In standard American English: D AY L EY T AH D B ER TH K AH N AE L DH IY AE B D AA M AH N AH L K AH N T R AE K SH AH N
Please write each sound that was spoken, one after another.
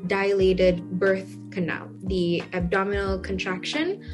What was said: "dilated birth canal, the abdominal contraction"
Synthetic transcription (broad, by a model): D AY L EY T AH D B ER TH K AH N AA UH DH IY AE B D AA M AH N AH L K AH N T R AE K SH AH N